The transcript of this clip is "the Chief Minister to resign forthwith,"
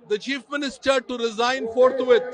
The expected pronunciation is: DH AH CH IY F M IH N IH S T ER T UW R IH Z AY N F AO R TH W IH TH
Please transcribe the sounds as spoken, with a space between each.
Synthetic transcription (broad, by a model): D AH CH IY F M IH N IH S T ER T UW R IH Z AY N F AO R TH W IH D